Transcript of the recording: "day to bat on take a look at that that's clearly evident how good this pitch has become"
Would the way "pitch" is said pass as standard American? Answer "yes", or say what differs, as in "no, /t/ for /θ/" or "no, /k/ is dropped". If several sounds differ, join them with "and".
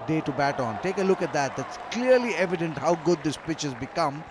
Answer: yes